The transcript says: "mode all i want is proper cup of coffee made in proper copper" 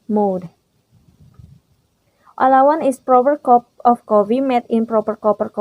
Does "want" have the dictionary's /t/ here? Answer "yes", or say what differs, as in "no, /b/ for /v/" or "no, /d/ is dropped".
no, /t/ is dropped